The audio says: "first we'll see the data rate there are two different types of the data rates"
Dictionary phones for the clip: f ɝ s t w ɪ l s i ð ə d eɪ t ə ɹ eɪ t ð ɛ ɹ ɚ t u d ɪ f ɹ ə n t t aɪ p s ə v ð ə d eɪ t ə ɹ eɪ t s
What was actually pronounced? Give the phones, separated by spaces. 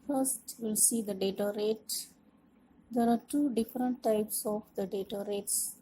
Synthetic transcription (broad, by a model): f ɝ s t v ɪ l s i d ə d eɪ t ə ɹ eɪ t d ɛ ɹ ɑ t u d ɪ f ɹ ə n t t aɪ p s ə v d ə d eɪ t ə ɹ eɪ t s